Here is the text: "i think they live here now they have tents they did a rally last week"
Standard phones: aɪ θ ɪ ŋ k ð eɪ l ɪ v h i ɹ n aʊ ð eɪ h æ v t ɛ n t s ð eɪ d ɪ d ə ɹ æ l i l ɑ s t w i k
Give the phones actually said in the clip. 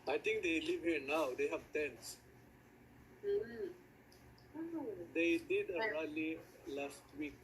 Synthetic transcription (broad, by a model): aɪ t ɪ ŋ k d eɪ l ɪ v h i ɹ n aʊ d eɪ h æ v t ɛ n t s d eɪ d ɪ d ə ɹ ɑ l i l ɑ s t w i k